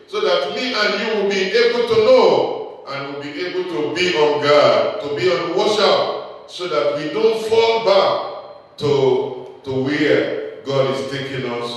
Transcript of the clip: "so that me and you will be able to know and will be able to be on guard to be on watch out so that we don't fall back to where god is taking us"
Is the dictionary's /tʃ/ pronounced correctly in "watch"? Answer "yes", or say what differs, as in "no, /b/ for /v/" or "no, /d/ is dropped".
no, /ʃ/ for /tʃ/